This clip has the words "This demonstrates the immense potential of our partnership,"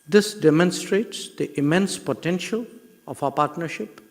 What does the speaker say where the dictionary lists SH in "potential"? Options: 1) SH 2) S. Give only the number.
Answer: 1